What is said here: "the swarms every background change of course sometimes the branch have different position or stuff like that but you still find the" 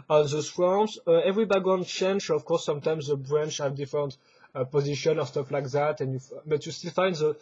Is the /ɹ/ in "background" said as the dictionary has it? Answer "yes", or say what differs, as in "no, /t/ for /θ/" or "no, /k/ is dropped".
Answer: no, /ɹ/ is dropped